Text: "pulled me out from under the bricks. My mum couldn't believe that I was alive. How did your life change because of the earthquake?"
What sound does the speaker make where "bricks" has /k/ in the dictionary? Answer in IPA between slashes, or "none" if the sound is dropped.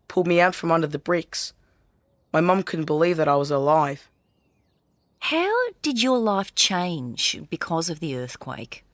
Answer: /k/